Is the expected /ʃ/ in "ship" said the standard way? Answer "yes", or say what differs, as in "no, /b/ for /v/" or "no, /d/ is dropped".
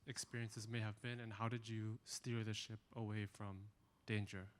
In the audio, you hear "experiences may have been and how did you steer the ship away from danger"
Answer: yes